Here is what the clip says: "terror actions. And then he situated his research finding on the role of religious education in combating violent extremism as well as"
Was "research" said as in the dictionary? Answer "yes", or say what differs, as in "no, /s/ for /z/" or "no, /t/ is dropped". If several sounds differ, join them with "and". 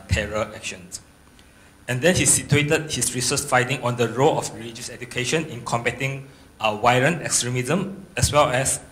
no, /s/ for /tʃ/